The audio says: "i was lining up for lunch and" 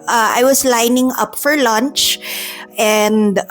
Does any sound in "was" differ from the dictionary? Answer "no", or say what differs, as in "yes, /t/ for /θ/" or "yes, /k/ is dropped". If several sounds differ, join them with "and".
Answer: yes, /s/ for /z/